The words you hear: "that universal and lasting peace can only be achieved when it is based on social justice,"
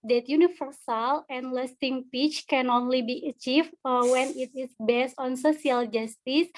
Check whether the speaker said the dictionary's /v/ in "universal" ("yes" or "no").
no